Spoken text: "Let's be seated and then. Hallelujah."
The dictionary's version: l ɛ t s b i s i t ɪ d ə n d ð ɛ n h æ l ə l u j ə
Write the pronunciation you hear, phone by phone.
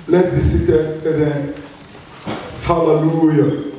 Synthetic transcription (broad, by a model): l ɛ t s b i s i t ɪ ə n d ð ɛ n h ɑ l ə l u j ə